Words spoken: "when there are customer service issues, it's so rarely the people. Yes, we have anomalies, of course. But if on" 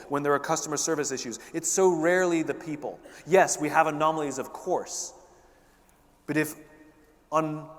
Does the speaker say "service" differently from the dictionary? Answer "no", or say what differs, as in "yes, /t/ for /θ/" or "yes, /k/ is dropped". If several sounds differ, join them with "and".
no